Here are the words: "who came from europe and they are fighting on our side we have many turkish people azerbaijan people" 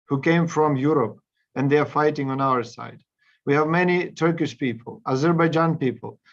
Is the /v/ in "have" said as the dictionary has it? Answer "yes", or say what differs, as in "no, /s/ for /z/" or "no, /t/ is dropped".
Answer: yes